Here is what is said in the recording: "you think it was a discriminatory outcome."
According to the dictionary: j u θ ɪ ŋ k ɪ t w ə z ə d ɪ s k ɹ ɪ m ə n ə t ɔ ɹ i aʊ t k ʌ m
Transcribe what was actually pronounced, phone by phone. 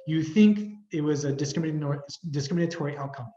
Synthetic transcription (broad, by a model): j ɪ θ ɪ ŋ k ɪ t w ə z ə d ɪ s k ɹ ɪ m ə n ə t ɔ ɹ i aʊ t k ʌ m